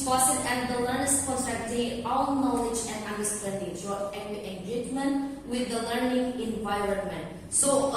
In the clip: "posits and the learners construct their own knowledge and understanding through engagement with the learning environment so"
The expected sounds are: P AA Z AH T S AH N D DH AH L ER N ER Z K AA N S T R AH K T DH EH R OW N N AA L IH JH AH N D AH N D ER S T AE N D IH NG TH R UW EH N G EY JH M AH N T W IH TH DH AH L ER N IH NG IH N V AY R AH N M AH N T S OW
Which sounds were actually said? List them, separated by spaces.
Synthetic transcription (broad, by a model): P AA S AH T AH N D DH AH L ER N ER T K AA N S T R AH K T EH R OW L N AA L IH JH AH N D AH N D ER S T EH N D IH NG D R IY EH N G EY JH M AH N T W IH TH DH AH L ER N IH NG IH N V AY R AH N M AH N T S OW